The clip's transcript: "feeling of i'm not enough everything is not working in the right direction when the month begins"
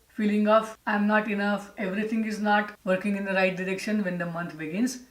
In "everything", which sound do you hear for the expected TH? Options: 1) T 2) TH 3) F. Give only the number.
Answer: 1